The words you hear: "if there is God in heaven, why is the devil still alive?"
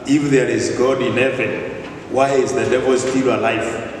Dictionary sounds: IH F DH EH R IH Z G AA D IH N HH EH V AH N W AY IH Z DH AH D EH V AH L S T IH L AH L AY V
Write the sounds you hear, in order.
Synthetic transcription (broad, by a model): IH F DH EH R IH Z G AA D IH N HH EH V AH N W AY IH Z DH AH D EH V AH L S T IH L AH L AY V